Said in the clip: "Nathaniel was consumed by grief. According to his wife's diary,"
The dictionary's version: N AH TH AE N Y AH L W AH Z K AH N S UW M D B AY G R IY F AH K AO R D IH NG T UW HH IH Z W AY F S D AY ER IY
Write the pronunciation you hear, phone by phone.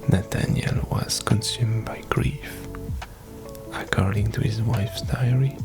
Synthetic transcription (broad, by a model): N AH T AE N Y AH L W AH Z K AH N S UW M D B AY G R IY F AH K AO R D IH NG T UW HH IH Z W AY F S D AY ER IY